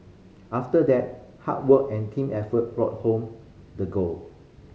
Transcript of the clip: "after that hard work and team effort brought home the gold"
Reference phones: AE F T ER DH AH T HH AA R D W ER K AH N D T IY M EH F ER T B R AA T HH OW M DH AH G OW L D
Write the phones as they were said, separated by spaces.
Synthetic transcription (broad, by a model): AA F T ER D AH T HH AA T W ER K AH N T IY M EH F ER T B R AA T HH OW M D AH G OW L